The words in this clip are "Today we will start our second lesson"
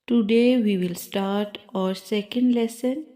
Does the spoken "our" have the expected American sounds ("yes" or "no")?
yes